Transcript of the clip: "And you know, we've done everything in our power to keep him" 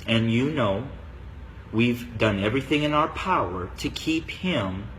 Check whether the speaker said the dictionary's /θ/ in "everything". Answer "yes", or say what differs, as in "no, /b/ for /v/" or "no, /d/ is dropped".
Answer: yes